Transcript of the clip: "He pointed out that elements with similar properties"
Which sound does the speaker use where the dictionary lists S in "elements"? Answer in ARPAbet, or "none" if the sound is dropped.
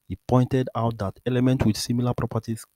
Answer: none